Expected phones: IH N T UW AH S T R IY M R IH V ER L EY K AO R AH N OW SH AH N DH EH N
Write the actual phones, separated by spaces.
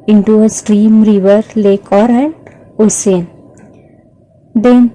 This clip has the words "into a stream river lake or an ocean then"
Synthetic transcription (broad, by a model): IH N T UW AH S T R IY M R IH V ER L EY K AO R AH N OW S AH N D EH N